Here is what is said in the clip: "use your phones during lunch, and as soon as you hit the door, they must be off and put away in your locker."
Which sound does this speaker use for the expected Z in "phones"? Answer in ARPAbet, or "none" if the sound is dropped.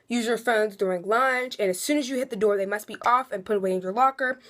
Z